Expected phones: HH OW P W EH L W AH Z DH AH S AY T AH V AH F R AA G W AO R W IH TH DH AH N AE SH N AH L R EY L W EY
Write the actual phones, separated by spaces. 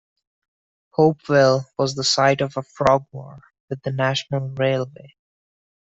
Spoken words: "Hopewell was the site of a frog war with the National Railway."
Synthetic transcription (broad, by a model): HH OW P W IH L W AH Z DH AH S AY T AH V AH F R AA G W AO R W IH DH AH N AE SH N AH L R EY L W EY